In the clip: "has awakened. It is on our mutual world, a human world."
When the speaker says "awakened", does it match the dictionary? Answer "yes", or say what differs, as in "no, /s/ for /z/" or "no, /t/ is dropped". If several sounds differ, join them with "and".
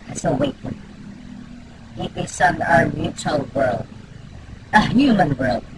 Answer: no, /d/ is dropped